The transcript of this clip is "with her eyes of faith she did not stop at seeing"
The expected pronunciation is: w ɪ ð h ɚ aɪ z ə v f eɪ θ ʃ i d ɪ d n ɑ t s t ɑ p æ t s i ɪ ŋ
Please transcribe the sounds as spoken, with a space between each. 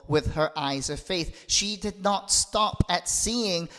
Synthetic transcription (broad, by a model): w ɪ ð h ɚ aɪ z ə v f eɪ θ ʃ i d ɪ d n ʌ t s t ɑ p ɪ t s i ɪ ŋ